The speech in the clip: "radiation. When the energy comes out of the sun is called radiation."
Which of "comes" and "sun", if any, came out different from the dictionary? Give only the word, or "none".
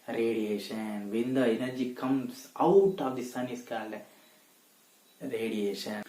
comes